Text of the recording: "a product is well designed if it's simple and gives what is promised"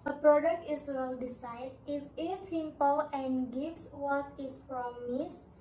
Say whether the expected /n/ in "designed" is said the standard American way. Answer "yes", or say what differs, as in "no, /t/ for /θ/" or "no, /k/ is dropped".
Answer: no, /n/ is dropped